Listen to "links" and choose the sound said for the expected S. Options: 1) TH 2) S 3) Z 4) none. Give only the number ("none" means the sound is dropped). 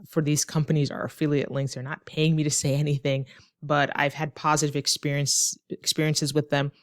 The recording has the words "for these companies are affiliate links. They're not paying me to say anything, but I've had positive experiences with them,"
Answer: 1